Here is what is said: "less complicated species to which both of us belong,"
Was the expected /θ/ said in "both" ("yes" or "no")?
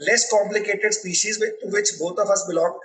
no